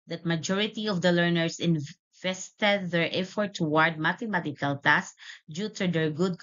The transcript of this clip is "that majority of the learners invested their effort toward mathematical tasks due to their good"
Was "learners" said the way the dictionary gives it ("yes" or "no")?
no